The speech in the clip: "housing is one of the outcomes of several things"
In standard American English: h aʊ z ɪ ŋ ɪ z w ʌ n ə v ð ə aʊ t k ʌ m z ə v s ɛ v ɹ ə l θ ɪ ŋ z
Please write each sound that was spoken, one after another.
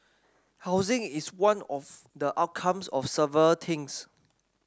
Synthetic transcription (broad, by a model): h aʊ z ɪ ŋ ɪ s w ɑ n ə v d ə aʊ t k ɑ m s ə f s ɛ v ɹ ə l t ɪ ŋ s